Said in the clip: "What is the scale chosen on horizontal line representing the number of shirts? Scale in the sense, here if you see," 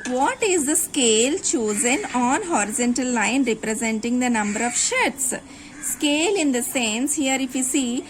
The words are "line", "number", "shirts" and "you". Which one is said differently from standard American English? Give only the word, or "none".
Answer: none